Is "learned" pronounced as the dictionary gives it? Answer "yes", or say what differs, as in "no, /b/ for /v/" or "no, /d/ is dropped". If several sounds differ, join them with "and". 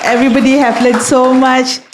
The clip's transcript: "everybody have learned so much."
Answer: no, /n/ is dropped